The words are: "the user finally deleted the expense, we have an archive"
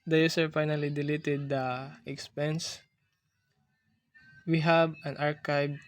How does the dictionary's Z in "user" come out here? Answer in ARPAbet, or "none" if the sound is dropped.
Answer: S